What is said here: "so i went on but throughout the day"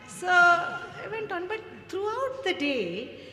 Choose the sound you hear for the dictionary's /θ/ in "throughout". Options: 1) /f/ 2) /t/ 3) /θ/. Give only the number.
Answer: 2